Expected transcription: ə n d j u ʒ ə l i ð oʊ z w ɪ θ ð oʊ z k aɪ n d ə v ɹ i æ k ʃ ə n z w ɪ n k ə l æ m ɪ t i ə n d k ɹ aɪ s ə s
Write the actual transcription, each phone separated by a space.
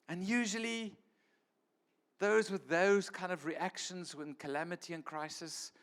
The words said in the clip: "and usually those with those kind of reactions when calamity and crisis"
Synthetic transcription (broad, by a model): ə n j u ʒ ə l i ð oʊ z w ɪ ð oʊ z k aɪ n d ə v ɹ i æ k ʃ ə n z w ɪ n k ə l æ m ɪ t i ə n k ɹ aɪ s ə s